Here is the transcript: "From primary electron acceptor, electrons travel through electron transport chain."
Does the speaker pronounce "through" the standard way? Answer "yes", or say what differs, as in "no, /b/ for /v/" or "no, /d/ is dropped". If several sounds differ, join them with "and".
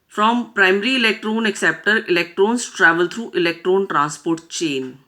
no, /t/ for /θ/